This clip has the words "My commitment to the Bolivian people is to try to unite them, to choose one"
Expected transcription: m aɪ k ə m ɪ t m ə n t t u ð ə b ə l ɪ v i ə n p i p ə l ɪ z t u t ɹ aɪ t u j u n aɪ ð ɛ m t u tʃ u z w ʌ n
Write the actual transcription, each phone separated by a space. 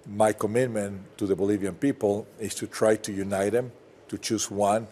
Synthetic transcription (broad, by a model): m aɪ k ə m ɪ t m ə n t t u ð ə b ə l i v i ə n p i p ə l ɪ s t u t ɹ aɪ t u j u n aɪ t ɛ m t u tʃ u s w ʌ n